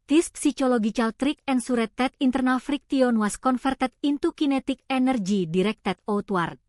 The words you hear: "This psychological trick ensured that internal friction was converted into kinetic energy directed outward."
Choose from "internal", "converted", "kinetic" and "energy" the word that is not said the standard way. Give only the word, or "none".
converted